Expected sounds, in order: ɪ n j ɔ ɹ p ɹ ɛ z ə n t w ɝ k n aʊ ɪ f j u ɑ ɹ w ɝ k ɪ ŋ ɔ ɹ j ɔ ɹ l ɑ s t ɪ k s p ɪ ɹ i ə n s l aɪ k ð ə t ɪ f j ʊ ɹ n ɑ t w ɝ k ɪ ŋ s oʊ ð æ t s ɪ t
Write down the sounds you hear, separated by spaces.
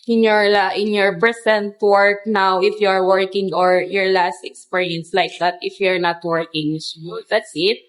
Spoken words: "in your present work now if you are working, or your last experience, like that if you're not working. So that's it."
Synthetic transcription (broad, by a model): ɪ n j ɔ ɹ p ɹ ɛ s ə n t w ɝ k n aʊ ɪ f j u ɑ ɹ w ɝ k ɪ ŋ ɔ ɹ j ɔ ɹ l ɑ s t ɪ k s p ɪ ɹ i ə n s l aɪ k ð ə t ɪ f j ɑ ɹ n ɑ t w ɝ k ɪ ŋ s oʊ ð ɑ t s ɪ t